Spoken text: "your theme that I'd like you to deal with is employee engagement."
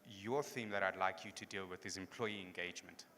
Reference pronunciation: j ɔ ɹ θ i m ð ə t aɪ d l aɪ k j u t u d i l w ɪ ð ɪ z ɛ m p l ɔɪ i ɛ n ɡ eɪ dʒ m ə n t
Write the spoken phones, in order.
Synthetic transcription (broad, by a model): j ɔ θ i m ð ə t aɪ d l aɪ k j u t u d i l w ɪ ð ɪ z ɛ m p l ɔɪ i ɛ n ɡ eɪ dʒ m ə n t